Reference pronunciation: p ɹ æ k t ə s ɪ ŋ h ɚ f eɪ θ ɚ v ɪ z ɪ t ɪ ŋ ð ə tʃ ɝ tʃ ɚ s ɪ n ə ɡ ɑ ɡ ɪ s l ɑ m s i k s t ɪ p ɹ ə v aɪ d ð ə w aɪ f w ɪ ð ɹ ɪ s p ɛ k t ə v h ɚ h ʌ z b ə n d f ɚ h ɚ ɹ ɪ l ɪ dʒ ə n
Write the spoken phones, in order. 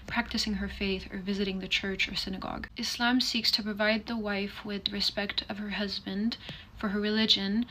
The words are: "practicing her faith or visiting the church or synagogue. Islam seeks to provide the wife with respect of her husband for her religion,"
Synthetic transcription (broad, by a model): p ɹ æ k t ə s ɪ ŋ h ɚ f eɪ θ ɚ v ɪ z ɪ t ɪ ŋ ð ə tʃ ɝ tʃ ɚ s ɪ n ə ɡ ɑ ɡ ɪ s l ɑ m s i k s t ɪ p ɹ ə v aɪ d ð ə w aɪ f w ɪ ð ɹ ɪ s p ɛ k t ə v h ɚ h ʌ z b ə n d f ɚ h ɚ ɹ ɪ l ɪ dʒ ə n